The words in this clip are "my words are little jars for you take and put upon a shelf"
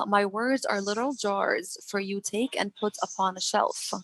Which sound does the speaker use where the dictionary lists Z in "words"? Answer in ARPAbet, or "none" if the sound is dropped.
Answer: Z